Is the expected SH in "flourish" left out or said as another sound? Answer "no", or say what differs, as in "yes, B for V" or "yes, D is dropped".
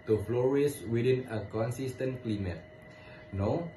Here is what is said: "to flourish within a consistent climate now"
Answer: yes, S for SH